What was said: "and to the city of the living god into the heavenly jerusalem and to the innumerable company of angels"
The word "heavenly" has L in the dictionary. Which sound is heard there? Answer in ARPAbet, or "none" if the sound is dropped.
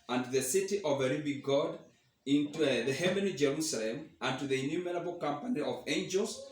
none